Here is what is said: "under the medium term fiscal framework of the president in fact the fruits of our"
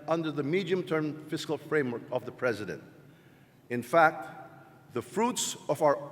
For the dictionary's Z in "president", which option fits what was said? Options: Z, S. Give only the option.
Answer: Z